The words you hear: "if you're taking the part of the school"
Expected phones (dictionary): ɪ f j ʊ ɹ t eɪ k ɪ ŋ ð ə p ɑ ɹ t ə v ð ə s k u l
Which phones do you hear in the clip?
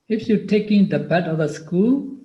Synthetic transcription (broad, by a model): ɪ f j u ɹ t eɪ k ɪ ŋ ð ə b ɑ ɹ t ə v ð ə s k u l